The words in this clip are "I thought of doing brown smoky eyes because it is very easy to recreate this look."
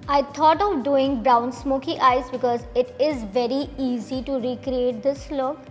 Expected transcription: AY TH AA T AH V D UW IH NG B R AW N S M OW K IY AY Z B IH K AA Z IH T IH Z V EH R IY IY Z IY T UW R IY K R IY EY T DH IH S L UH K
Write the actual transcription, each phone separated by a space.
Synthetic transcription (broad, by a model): AY T AA T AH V D UW IH NG B R AW N S M OW K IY AY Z B IH K AA Z IH T IH Z V EH R IY IY Z IY T UW R IY K R IY EY T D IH S L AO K